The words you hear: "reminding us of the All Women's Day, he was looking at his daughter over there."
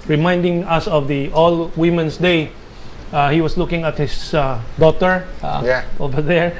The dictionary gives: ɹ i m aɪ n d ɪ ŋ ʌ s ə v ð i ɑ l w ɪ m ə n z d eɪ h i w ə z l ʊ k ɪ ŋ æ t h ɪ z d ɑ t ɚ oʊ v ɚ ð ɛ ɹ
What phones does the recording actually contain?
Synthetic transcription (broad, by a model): ɹ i m aɪ n d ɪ ŋ ʌ s ə v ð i ɑ l w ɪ m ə n s d eɪ h i w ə s l ʊ k ɪ ŋ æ t h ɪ s d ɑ t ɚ oʊ v ɚ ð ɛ ɹ